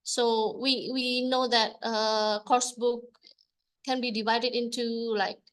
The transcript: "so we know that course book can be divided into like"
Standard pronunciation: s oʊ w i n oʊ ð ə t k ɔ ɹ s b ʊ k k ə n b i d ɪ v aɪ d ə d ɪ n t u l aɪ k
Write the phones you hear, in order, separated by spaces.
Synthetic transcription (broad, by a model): s oʊ w i n oʊ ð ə t k ɔ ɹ s b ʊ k k ə n b i d ɪ v aɪ d ə d ɪ n t u l aɪ k